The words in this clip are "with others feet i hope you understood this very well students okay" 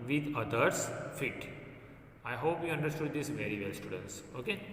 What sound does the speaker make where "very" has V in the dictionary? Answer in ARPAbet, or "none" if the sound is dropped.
V